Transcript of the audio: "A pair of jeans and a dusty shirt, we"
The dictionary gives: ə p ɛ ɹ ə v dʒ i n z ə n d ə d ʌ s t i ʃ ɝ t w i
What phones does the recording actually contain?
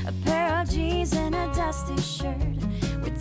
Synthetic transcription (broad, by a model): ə p ɛ ɹ ə v dʒ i z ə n ə d ʌ s t i ʃ ɝ t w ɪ